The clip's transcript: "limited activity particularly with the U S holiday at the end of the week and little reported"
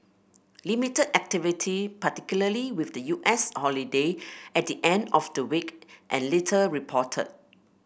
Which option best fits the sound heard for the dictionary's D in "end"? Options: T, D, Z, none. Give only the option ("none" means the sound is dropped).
D